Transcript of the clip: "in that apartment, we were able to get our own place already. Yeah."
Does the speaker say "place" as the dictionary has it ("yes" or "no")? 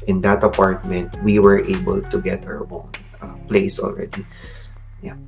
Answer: yes